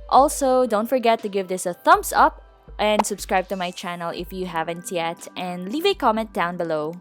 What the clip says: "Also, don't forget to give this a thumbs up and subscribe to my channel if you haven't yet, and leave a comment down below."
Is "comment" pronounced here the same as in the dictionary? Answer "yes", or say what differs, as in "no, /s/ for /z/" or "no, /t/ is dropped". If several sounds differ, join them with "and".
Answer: yes